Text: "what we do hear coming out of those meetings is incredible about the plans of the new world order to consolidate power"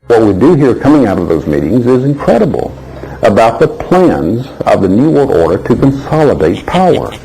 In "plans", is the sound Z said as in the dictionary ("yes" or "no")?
yes